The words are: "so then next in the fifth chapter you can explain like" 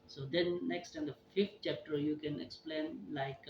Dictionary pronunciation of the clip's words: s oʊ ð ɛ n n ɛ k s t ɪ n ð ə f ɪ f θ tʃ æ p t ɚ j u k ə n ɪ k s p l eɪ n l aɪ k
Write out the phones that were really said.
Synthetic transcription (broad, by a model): s oʊ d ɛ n n ɛ k s t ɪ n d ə f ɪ f t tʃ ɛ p t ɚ j u k ə n ɪ k s p l eɪ n l aɪ k